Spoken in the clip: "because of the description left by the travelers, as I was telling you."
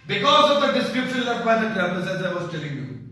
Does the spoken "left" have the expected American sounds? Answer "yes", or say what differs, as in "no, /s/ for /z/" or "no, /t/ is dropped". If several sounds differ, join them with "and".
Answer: no, /f/ is dropped